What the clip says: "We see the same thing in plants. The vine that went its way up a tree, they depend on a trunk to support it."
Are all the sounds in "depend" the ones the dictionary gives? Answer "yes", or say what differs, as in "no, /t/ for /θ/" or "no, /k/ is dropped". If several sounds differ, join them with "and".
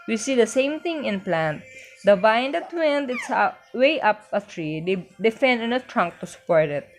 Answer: no, /f/ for /p/